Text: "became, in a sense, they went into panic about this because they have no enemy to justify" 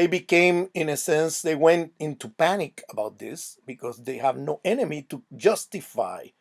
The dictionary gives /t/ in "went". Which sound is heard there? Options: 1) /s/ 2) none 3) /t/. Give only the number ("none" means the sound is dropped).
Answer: 3